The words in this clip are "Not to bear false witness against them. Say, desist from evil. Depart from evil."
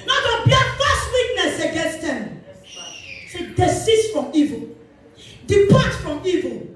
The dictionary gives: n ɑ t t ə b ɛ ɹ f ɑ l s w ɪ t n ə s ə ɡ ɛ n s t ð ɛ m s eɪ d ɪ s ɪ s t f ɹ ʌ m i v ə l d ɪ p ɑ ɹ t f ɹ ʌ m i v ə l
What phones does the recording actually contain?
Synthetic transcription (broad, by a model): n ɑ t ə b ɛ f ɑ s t w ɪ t n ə s ə ɡ ɛ n s t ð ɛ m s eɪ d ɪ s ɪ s f ɹ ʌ m i v ə l d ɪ p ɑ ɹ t f ɹ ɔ m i v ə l